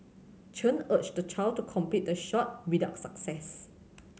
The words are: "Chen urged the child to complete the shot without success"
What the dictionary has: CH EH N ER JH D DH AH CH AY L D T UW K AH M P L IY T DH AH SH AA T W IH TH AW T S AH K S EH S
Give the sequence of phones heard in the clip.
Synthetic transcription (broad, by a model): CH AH N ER CH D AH CH AY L T UW K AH M P IY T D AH SH AA T W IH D AW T S AH K S EH S